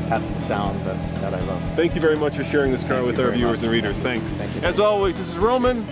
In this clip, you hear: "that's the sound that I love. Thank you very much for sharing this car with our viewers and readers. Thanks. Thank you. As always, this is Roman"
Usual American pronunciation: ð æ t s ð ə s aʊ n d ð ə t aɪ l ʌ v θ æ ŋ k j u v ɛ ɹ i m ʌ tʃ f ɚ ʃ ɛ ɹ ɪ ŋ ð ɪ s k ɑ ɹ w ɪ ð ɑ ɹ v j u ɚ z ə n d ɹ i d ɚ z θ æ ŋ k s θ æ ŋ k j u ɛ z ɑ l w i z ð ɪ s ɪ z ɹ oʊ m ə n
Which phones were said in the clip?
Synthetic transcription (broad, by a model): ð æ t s ð ə s aʊ n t ð ə t aɪ l ʌ v θ æ ŋ k j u v ɛ ɹ i m ʌ tʃ f ɚ ʃ ɛ ɹ ɪ ŋ ð ɪ s k ɑ ɹ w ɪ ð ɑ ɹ v j u ɚ z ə n ɹ i d ɚ z θ æ ŋ k s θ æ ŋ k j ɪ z ɑ l w i z ð ɪ s ɪ z ɹ oʊ m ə n